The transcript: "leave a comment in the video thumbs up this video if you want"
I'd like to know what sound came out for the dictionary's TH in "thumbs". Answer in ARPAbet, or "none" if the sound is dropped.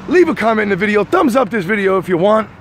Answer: TH